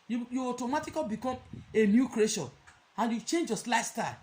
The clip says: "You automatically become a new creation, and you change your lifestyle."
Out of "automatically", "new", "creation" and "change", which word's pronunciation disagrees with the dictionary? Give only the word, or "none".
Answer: automatically